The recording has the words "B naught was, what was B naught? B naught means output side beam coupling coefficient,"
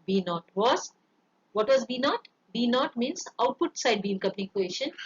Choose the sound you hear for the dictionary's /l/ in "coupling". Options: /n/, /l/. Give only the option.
/n/